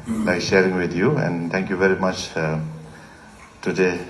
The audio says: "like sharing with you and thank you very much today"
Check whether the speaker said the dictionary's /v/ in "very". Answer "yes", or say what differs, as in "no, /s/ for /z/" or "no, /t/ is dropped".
yes